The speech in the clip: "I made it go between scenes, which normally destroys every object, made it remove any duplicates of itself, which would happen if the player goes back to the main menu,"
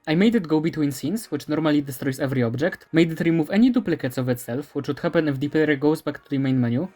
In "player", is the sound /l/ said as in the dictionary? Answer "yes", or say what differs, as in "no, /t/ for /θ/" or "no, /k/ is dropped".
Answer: no, /l/ is dropped